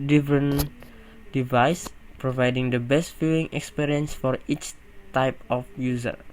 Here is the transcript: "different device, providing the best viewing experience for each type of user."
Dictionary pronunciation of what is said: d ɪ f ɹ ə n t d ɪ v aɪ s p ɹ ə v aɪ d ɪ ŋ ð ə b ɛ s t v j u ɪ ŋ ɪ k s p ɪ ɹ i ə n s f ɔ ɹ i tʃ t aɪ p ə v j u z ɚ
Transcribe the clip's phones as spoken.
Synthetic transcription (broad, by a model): d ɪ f ɹ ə n d ɪ v aɪ s p ɹ ə v aɪ d ɪ ŋ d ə b ɛ s t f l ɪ ŋ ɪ k s p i ɹ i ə n s f ɔ ɹ i tʃ t aɪ p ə f j u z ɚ